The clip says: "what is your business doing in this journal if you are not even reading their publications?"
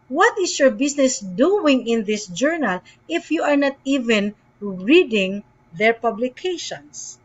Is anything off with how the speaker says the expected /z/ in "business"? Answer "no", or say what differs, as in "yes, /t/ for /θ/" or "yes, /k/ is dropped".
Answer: yes, /s/ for /z/